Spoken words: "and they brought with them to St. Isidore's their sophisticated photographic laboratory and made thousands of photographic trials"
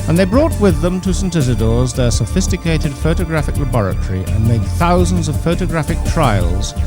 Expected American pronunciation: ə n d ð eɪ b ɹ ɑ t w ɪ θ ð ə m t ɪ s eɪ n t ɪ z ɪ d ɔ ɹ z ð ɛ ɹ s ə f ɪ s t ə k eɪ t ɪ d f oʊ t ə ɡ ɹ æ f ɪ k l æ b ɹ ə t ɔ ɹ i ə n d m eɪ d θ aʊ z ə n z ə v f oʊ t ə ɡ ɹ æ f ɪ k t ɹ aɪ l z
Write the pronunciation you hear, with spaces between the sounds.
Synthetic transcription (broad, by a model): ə n ð eɪ b ɹ ɑ t w ɪ ð ə m t ɪ s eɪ n t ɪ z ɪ d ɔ ɹ z ð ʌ ɹ s ə f ɪ s t ə k eɪ t ɪ d f oʊ t ə ɡ ɹ æ f ɪ k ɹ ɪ b ɹ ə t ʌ ɹ i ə n m eɪ d θ aʊ z ə n z ə v f oʊ t ə ɡ ɹ æ f ɪ k t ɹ aɪ l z